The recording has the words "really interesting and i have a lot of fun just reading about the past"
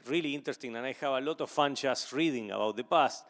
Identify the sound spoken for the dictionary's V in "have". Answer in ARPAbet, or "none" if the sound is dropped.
B